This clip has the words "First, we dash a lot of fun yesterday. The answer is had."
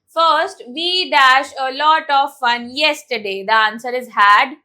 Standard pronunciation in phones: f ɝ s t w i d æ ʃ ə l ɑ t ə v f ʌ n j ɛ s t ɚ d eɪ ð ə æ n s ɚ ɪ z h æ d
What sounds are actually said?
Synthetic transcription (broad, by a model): f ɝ s t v i d æ ʃ ə l ɑ t ə v f ʌ n j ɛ s t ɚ d eɪ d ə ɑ n s ɚ ɪ z h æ d